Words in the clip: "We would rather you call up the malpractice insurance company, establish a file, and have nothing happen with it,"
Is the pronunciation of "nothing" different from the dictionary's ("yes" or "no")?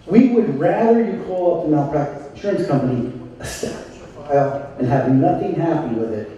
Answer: no